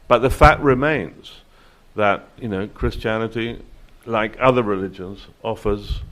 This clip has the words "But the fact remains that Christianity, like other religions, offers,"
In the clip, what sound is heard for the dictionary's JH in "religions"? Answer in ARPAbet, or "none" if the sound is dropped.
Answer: JH